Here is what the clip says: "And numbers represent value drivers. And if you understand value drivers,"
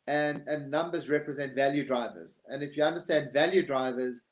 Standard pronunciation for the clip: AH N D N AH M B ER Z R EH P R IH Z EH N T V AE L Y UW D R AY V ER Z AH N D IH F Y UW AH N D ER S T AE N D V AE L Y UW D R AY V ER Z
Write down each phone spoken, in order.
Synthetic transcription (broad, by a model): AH N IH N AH M B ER Z R EH P R IH Z EH N T V AE L Y UW D R AY V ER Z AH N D IH F Y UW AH N D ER S T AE N D V AE L Y UW D R AY V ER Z